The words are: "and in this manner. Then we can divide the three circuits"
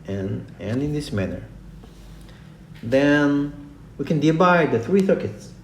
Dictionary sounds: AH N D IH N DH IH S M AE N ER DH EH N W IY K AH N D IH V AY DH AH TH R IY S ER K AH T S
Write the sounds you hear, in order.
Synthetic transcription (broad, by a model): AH N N IH N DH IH S M AE N ER DH EH N W IY K AH N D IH B AY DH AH TH R IY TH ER K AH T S